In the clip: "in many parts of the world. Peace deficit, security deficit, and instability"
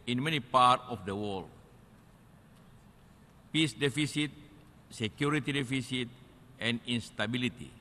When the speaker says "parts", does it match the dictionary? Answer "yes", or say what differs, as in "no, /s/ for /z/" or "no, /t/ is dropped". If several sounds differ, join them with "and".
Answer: no, /s/ is dropped